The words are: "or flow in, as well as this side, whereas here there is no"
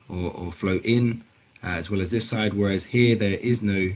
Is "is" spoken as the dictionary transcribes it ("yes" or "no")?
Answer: yes